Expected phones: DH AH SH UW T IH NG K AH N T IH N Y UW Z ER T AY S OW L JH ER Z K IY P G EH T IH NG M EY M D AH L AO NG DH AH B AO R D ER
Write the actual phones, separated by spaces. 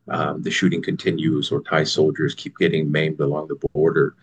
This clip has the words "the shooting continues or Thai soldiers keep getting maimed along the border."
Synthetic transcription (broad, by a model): DH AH SH UW T IH NG K AH N T IH N Y UW Z ER T AY S OW L JH ER Z K IY P G EH T IH NG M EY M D AH L AO NG DH AH B AO R D ER